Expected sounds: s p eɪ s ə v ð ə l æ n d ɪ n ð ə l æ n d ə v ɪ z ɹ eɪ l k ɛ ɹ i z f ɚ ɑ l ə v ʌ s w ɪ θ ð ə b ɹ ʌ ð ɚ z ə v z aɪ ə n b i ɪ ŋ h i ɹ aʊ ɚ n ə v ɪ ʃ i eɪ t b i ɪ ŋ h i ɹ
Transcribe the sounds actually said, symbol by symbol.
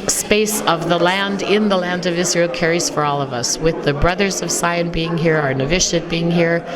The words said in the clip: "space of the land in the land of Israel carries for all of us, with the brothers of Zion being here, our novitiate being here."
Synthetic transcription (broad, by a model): s p eɪ s ə v ð ə l æ n d ɪ n ð ə l æ n d ə v ɪ z ɹ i l k ɛ ɹ i z f ɚ ɑ l ə v ʌ s w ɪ ð ə b ɹ ʌ ð ɚ z ə v s aɪ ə n b i ɪ ŋ h i ɹ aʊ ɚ n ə v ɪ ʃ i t b i ɪ ŋ h i ɹ